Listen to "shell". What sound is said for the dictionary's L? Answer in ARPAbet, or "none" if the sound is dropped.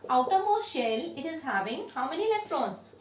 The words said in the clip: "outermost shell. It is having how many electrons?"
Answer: L